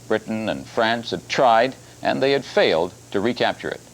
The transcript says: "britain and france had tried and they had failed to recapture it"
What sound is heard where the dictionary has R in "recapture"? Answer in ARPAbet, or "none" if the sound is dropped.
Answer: R